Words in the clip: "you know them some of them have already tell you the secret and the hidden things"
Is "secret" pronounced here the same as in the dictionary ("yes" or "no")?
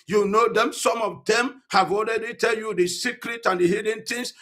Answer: yes